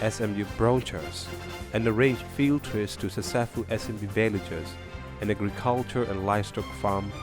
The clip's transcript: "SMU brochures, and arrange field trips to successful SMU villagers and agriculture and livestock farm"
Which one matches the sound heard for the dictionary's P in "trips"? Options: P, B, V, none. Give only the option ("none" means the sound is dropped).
none